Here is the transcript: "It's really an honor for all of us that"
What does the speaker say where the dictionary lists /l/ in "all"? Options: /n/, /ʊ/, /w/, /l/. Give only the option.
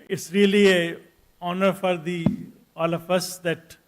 /l/